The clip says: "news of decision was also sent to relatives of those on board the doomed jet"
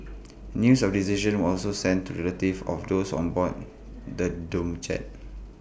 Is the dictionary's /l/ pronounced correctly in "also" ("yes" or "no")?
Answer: yes